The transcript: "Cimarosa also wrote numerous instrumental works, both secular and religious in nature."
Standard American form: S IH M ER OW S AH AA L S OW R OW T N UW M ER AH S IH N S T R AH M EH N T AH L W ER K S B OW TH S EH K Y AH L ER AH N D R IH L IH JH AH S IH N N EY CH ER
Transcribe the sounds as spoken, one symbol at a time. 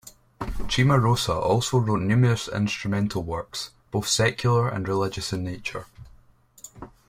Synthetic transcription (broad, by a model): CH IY M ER OW S AH AA L S OW R OW T N UW M ER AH S IH N S T R AH M EH N T AH L W ER K S B OW TH S EH K Y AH L ER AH N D R IH L IH JH AH S IH N N EY CH ER